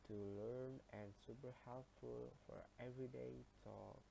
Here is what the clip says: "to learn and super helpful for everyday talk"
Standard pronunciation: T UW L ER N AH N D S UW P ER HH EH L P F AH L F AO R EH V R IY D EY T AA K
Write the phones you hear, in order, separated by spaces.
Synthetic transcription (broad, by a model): T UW L ER N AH N S UW P ER HH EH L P F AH L F AO R EH V R IY D EY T AA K